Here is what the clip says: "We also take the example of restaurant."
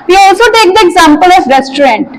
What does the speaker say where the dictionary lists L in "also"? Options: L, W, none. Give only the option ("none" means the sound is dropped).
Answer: L